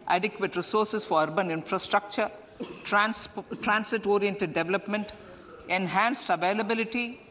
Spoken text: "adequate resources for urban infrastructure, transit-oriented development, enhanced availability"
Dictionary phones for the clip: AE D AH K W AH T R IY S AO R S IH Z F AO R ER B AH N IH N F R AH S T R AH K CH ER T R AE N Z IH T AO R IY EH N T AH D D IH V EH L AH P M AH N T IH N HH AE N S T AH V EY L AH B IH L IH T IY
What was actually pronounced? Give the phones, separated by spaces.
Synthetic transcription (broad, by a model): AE D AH K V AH T R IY S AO R S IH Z F AO R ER B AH N IH N F R AH S T R AH K CH ER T R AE N S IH T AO R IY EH N T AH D D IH V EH L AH P M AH N T IH N HH AE N S T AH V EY L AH B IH L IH T IY